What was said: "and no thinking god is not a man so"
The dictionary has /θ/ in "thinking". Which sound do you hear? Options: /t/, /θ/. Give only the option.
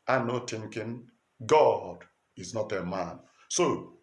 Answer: /t/